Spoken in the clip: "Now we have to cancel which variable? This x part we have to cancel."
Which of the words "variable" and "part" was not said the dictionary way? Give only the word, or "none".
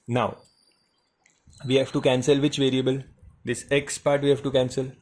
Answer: none